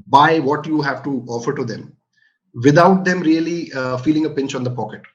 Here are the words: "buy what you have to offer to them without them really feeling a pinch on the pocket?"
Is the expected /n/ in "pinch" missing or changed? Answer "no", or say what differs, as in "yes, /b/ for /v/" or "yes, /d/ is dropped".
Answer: no